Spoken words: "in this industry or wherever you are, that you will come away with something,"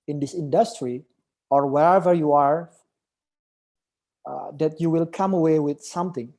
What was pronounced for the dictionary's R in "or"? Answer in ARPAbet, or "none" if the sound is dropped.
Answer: R